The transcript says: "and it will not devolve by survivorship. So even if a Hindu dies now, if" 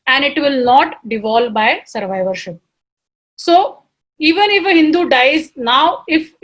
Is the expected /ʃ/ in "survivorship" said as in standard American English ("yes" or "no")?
yes